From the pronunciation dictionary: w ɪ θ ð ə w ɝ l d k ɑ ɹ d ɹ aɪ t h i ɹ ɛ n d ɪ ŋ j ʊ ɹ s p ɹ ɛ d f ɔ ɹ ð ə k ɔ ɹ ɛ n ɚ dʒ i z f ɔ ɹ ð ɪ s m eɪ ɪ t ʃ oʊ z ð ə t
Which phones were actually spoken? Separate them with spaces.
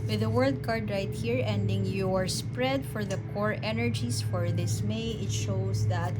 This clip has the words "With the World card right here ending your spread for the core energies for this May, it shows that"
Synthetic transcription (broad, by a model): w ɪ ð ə w ɝ l d k ɑ ɹ d ɹ aɪ t h i ɹ ɛ n d ɪ ŋ j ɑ ɹ s p ɹ ɛ d f ɔ ɹ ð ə k ɔ ɹ ɛ n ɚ dʒ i s f ɔ ɹ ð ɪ s m eɪ ɪ t ʃ oʊ s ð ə t